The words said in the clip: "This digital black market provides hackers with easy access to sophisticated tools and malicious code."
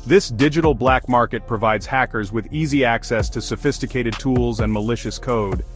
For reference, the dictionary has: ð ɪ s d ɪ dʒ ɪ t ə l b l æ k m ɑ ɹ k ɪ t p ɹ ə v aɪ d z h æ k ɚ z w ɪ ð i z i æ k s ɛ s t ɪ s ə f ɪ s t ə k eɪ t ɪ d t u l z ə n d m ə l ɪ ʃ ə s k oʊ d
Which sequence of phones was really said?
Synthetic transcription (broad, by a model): ð ɪ s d ɪ dʒ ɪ t l b l æ k m ɑ ɹ k ɪ t p ɹ ə v aɪ d z h æ k ɚ z w ɪ ð i z i æ k s ɛ s t ɪ s ə f ɪ s t ə k eɪ t ɪ d t u l z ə n m ə l ɪ ʃ ə s k oʊ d